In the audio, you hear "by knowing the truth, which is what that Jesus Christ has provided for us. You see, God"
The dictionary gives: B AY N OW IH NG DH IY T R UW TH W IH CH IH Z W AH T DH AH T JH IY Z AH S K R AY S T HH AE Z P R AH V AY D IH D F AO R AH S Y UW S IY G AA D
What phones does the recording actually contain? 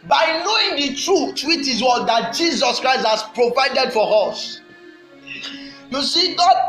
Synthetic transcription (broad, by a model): B AY N OW IH NG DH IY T R UW T W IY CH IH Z W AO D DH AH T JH IY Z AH S K R AY S T HH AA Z P R AH V AY D IH D F AO R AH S Y UW S IY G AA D